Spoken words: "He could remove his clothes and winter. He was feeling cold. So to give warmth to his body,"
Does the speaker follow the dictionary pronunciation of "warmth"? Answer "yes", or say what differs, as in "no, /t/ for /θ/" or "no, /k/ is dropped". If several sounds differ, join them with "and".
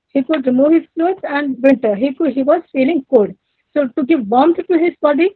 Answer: no, /s/ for /θ/